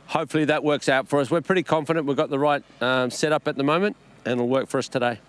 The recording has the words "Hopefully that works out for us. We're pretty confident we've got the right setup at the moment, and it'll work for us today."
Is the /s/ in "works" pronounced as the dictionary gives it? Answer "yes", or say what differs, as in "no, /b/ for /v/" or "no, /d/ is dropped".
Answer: yes